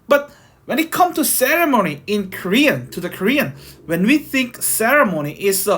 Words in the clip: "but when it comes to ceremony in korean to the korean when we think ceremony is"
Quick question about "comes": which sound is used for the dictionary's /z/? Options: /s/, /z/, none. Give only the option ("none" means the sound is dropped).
none